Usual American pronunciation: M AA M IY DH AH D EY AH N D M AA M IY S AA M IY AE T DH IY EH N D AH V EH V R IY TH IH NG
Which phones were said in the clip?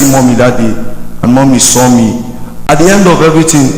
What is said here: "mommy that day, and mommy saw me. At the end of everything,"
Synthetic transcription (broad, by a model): M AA M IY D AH D EY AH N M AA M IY S AA M IY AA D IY EH N D AH V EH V R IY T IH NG